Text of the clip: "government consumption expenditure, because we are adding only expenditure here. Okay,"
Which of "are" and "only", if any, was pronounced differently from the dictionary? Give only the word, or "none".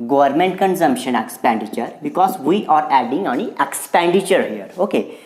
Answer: only